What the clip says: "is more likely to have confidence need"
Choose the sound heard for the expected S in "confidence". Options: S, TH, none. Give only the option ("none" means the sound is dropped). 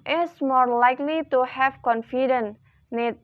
none